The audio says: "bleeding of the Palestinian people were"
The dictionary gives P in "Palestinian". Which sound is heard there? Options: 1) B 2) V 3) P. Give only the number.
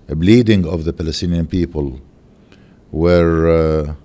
3